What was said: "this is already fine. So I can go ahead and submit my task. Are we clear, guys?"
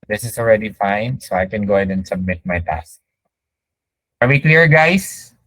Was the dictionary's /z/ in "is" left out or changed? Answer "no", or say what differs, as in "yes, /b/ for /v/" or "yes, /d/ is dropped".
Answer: yes, /s/ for /z/